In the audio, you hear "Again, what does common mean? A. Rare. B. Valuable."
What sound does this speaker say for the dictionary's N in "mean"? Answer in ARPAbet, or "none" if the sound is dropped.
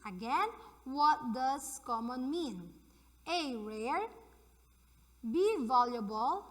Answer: N